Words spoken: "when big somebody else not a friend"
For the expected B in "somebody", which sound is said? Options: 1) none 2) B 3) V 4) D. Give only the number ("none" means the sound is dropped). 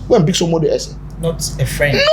1